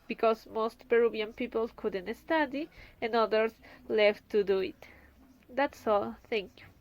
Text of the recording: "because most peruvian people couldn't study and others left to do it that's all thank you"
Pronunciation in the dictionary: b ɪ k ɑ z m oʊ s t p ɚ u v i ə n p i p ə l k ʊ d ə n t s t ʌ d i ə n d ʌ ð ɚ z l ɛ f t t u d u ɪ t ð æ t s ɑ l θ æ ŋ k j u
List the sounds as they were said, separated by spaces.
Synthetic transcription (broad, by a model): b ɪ k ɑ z m oʊ s t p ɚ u b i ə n p i p ə l k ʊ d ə n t s t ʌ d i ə n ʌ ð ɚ s l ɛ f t t u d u ɪ t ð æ t s ɑ l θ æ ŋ k j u